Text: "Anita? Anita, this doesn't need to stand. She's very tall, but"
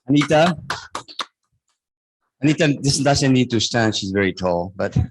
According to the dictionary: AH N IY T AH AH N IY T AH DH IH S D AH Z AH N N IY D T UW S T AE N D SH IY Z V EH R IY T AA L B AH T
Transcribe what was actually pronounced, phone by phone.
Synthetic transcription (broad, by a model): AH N IY T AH AH N IY T AH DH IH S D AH S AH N N IY D T UW S T AE N D SH IY Z V EH R IY T AA L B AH T